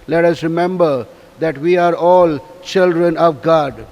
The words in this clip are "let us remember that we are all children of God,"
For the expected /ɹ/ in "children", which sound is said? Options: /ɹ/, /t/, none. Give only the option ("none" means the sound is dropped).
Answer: /ɹ/